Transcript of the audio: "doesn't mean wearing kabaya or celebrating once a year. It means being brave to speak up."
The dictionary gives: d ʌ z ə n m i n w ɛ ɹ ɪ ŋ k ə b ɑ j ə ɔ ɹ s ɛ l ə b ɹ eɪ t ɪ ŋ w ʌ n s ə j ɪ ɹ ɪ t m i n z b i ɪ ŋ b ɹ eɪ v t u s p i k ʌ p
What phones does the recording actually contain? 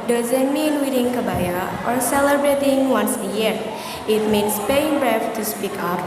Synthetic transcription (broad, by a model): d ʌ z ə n m i n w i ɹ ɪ ŋ k ə b ɑ j ə ɔ ɹ s ɛ l ə b ɹ eɪ t ɪ ŋ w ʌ n s ə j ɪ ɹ ɪ t m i n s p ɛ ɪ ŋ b ɹ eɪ f t u s p i k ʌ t